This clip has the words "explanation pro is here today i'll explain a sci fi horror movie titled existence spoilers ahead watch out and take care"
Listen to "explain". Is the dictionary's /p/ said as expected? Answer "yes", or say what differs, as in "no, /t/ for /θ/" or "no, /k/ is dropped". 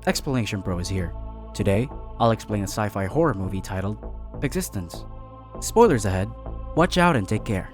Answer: yes